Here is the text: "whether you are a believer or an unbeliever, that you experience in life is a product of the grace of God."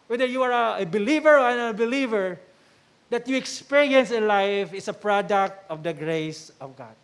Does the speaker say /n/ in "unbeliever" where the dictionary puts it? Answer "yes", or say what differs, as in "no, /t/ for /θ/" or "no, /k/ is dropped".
no, /n/ is dropped